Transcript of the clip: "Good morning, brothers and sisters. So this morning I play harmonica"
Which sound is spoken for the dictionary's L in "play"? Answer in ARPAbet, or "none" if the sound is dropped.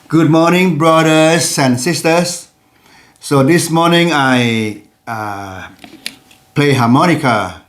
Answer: L